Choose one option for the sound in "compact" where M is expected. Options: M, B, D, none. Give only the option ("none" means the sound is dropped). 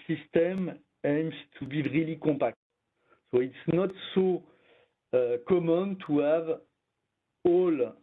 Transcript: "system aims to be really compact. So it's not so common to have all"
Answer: none